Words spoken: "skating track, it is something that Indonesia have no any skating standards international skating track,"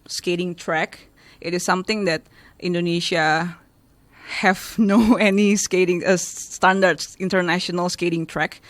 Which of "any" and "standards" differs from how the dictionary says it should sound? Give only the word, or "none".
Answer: standards